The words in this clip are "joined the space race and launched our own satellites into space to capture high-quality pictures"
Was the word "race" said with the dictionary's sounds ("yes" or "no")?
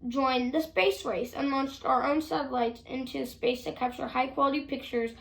yes